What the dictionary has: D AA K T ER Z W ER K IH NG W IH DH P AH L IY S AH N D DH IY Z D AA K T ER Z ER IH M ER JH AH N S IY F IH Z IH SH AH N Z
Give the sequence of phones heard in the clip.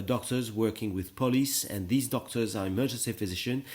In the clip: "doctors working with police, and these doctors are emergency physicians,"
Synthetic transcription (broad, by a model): D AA K T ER Z W ER K IH NG W IH DH P AH L IY S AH N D DH IY Z D AA K T ER Z ER IH M ER JH AH N S IY F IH Z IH SH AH N